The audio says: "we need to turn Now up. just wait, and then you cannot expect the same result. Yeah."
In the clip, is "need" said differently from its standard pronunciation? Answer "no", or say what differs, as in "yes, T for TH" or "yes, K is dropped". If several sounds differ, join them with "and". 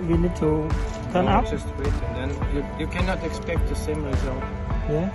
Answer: yes, L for N